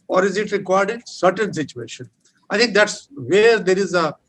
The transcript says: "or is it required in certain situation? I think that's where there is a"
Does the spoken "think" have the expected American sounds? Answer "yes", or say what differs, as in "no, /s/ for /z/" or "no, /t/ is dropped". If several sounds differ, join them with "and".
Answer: no, /t/ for /θ/